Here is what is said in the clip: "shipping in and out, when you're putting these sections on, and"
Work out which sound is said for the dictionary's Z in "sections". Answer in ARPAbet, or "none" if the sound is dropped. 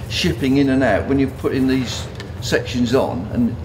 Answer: Z